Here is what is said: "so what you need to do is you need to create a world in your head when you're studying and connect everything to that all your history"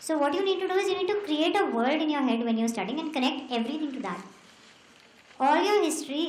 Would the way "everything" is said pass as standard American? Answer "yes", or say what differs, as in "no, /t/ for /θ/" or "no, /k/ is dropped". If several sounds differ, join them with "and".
no, /t/ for /θ/